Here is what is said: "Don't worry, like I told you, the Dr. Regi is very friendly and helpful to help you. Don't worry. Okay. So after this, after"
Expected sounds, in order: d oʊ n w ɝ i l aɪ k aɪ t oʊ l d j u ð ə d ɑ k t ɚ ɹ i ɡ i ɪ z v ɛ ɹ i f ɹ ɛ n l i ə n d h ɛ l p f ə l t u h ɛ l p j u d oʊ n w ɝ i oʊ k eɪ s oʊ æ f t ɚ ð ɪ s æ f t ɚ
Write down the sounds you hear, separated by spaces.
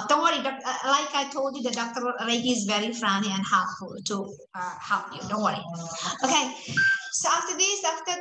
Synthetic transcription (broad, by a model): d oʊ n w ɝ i l aɪ k aɪ t oʊ l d j u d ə d ɑ k t ɚ l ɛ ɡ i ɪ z v ɛ ɹ i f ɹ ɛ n i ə n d h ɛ p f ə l t u h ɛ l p j u d oʊ n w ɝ i oʊ k eɪ s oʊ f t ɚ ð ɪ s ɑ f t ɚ